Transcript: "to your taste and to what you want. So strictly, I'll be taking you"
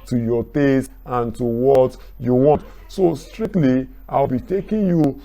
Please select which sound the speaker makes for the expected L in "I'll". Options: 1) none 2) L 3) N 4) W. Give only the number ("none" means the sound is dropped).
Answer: 4